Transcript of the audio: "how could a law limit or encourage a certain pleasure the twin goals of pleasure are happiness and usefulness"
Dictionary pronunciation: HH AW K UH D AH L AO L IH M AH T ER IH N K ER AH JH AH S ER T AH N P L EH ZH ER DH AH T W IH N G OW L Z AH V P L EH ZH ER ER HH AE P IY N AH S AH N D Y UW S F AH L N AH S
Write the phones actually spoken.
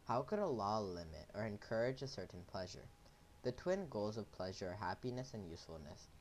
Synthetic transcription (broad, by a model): HH AW K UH D AH L AO L IH M AH T ER IH N K ER AH JH AH S ER T N P L EH ZH ER DH AH T W IH N G OW L Z AH V P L EH ZH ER ER HH AE P IY N AH S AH N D Y UW S F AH L N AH S